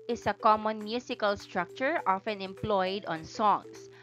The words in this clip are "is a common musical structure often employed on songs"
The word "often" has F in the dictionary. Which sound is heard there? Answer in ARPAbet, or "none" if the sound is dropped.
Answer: F